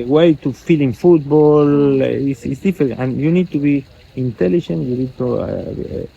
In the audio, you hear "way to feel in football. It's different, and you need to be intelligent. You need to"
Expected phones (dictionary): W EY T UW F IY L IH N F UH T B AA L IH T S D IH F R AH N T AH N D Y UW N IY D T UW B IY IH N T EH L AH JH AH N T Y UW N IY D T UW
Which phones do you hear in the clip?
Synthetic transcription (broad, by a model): W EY T UW F IY L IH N F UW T B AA L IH S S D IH F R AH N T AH N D Y UW N IY D T UW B IY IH N T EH L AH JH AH N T Y UW N IY D T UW